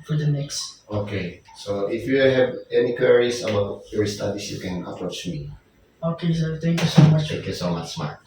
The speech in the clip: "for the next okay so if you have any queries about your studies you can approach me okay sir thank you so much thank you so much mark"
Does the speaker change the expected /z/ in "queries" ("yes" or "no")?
yes